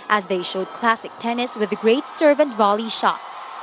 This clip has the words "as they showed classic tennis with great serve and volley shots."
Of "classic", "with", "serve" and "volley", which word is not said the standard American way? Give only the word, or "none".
none